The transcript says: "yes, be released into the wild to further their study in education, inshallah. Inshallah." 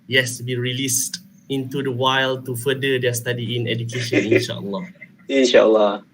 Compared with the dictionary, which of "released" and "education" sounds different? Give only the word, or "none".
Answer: none